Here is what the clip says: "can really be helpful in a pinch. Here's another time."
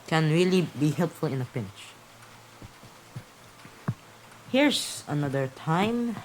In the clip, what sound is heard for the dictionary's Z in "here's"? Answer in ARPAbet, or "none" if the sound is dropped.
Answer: S